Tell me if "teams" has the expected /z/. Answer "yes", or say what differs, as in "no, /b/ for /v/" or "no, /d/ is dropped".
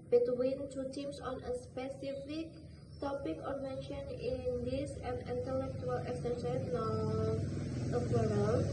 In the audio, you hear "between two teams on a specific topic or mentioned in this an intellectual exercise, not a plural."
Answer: no, /s/ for /z/